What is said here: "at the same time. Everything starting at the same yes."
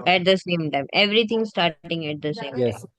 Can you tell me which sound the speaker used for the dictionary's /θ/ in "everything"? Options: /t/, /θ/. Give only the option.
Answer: /t/